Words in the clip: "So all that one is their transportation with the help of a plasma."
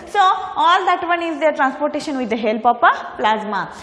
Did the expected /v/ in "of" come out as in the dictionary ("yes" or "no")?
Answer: no